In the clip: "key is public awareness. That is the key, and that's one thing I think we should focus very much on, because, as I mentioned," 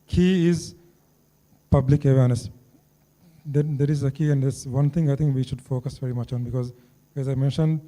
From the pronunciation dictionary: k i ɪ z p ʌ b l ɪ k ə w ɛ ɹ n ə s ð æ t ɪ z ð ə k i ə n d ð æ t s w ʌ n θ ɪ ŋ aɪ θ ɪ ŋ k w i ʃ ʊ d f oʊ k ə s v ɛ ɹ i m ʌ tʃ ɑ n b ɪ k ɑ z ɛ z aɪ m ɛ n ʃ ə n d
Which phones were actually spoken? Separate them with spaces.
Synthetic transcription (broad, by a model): k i ɪ z p ʌ b l ɪ k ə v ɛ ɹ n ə s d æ t ɪ z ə k i ə n d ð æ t s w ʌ n t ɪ ŋ aɪ t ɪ ŋ k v i ʃ ʊ d f oʊ k ə s v ɛ ɹ i m ʌ tʃ ɑ n b ɪ k ɑ z ɛ z aɪ m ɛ n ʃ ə n d